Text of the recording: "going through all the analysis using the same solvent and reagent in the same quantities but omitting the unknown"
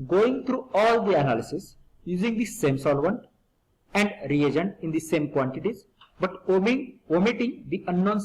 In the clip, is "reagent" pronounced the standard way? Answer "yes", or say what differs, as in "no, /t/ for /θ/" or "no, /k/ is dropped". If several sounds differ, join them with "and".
yes